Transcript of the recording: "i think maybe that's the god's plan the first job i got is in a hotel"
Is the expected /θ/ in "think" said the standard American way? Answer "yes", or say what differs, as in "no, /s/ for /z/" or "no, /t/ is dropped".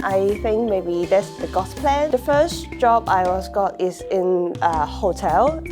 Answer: yes